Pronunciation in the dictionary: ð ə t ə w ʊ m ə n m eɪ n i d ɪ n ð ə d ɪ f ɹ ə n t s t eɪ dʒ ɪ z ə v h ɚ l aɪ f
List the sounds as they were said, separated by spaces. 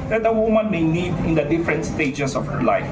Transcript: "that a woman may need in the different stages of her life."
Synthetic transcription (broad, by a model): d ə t ə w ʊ m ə n m eɪ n i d ɪ n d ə d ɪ f ɹ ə n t s t eɪ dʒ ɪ s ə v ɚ l aɪ f